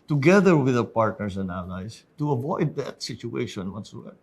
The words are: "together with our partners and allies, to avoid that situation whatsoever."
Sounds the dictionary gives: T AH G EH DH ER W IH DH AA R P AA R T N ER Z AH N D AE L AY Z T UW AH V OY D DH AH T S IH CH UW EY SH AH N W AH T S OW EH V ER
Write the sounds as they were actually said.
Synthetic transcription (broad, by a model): T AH G EH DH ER W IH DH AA P AA R T N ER S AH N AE L AY S T UW AH V OY D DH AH T S IH CH UW EY SH AH N W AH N S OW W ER